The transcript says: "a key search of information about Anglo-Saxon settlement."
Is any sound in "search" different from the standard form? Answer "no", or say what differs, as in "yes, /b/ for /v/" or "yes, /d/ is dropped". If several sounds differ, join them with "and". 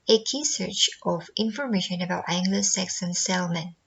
no